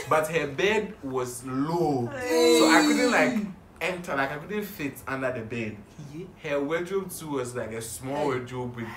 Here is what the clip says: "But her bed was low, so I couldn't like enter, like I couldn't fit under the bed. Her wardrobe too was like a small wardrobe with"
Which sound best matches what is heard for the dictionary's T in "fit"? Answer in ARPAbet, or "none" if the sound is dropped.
T